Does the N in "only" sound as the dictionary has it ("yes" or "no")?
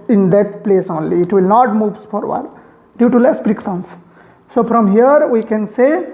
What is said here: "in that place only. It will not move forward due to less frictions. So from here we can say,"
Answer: yes